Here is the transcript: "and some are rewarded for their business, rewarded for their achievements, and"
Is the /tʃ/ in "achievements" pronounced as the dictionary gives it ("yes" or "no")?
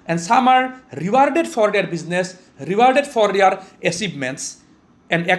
no